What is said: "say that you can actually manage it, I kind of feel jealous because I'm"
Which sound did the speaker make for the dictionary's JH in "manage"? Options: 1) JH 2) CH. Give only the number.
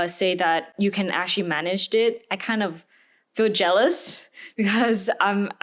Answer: 1